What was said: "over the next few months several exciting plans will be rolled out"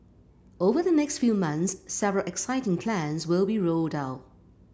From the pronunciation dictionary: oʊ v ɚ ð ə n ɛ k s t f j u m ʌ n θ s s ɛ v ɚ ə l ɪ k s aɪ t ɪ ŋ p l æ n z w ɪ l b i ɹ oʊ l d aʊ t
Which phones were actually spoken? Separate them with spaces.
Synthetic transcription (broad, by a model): oʊ v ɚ ð ə n ɛ k s t f j u m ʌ n θ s s ɛ v ɚ ə l ɪ k s aɪ t ɪ ŋ p l æ n z w ɪ l b i ɹ oʊ l d aʊ t